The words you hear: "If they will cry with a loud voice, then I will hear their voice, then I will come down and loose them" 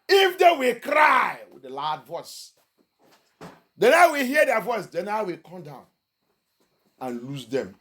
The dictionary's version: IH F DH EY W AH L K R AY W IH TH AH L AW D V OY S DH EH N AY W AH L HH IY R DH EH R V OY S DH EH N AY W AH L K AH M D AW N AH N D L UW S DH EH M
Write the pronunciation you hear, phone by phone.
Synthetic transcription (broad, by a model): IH F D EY W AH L K R AY W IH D AH L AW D V OY S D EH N AY W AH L HH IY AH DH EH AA V OY S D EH N AY W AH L K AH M D AW N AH N L UW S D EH M